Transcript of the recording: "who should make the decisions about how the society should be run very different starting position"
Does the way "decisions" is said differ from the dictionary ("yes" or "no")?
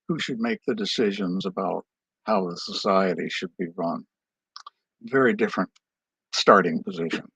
no